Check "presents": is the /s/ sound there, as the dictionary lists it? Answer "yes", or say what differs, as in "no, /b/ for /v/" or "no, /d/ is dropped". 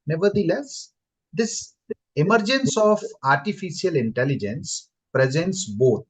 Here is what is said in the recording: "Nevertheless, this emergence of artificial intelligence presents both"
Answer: yes